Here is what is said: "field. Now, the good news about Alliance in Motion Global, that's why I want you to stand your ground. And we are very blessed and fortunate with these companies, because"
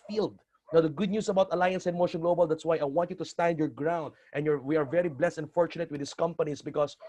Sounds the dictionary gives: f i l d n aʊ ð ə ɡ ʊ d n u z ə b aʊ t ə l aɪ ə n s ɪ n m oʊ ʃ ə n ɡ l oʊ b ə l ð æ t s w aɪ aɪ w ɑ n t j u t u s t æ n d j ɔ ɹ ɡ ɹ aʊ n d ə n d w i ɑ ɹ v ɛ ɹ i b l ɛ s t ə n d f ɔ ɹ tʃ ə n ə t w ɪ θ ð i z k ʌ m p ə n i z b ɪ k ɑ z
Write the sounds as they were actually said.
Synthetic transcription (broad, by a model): f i l d n aʊ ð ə ɡ ʊ d n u s ə b aʊ t ə l aɪ ə n s ɪ n m oʊ ʃ ə n ɡ l oʊ b ə l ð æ t s w aɪ aɪ w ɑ n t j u t u s t æ n d j ɔ ɹ ɡ ɹ aʊ n d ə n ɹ w i ɑ ɹ v ɛ ɹ i b l ɛ s t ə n f ɔ ɹ tʃ ə n ə t w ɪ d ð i s k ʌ m p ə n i s b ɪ k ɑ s